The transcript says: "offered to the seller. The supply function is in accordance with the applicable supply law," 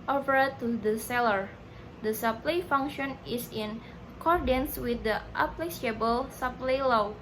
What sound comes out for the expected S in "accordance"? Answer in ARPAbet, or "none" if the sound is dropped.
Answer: S